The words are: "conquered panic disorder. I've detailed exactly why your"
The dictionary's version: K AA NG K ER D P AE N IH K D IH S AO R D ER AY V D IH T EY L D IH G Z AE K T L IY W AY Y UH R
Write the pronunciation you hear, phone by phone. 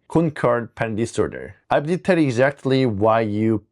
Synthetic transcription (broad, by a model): K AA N K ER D P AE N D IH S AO R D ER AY B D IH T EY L IH G Z AE K T L IY W AY Y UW